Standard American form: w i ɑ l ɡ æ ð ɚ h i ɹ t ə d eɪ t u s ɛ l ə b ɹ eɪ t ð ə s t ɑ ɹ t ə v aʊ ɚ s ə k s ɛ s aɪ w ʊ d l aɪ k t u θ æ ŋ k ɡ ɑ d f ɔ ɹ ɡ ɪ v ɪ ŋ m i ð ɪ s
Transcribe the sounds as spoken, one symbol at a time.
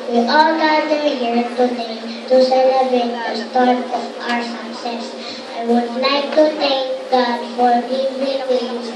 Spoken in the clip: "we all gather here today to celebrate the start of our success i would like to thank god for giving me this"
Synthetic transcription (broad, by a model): w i ɑ l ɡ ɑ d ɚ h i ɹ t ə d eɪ t u s ɛ l ə b ɹ eɪ t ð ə s t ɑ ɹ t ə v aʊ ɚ s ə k s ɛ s aɪ w ʊ d l aɪ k t u t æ ŋ k ɡ ɑ d f ɔ ɹ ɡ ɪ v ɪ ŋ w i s